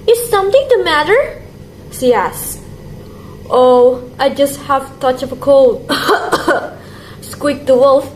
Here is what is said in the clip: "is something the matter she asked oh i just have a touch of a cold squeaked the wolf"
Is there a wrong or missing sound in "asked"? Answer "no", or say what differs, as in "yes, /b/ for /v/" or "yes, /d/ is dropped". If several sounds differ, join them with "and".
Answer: no